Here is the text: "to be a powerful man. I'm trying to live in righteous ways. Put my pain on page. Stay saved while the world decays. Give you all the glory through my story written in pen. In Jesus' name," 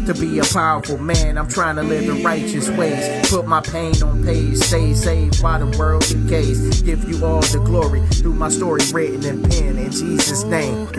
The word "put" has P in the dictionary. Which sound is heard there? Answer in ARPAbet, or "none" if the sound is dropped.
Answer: P